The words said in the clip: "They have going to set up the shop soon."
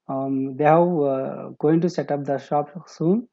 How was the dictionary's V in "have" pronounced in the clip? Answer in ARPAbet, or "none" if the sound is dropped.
W